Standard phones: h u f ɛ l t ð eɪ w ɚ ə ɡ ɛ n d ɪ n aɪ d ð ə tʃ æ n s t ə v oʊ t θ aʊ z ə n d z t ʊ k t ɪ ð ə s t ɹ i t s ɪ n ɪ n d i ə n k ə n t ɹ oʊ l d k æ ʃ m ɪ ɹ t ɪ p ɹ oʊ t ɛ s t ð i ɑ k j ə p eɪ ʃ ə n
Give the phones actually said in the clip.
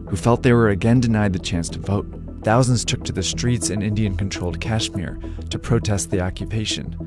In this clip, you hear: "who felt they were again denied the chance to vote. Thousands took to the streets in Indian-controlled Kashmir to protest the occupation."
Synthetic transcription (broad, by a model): h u f ɛ l t ð eɪ w ɚ ə ɡ ɛ n d ɪ n aɪ d ð ə tʃ æ n s t ə v oʊ t θ aʊ z ə n d z t ʊ k t ɪ ð ə s t ɹ i t s ɪ n ɪ n d i ə n k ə n t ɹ oʊ l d k æ ʃ m ɪ ɹ t ɪ p ɹ oʊ t ɛ s t ð i ɑ k j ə p eɪ ʃ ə n